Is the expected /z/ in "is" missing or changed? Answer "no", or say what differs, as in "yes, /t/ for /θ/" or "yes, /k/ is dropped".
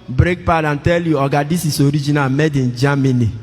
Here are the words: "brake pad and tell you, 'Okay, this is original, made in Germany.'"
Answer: yes, /s/ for /z/